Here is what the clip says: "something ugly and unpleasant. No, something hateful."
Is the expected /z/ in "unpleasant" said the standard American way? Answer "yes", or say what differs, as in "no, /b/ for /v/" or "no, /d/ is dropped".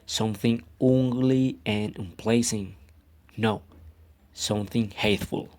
no, /s/ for /z/